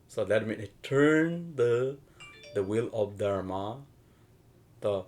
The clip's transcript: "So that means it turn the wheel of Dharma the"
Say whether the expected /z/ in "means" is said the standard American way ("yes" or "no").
no